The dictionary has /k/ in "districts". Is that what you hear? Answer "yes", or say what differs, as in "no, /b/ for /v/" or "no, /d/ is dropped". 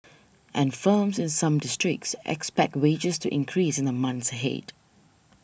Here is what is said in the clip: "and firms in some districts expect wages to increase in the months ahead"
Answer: yes